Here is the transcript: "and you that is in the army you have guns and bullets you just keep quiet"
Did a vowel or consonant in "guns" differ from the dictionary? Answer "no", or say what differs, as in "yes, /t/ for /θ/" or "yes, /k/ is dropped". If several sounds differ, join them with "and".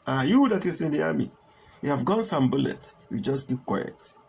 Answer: yes, /s/ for /z/